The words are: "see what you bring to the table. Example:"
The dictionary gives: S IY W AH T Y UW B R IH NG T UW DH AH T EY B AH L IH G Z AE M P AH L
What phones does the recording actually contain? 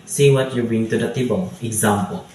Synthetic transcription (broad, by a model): S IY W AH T Y UW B IH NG T UW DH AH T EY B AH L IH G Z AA M P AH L